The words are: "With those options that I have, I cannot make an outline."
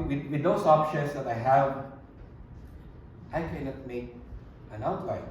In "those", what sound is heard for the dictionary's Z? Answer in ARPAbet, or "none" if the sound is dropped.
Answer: S